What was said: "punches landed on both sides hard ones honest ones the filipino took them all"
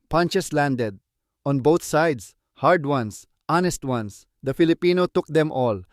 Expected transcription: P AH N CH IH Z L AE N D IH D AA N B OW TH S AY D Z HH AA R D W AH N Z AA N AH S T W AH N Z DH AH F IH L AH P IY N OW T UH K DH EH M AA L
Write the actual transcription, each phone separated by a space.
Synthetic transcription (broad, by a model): P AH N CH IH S L AE N D IH D AA N B OW T S AY D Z HH AA R D W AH N S AA N AH S T W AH N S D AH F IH L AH P IY N OW T UH K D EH M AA L